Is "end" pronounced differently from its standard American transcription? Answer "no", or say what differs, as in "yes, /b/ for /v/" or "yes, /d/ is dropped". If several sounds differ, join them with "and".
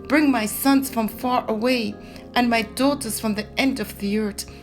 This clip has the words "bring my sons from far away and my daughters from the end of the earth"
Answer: no